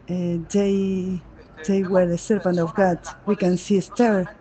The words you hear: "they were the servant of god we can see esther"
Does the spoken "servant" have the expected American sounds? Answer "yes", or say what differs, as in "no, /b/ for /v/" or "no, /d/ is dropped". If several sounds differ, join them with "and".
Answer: no, /p/ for /v/